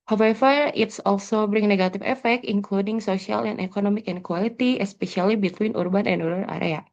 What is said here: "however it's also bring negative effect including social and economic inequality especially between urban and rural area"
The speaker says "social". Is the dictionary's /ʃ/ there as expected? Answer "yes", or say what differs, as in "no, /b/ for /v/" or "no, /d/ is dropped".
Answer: no, /s/ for /ʃ/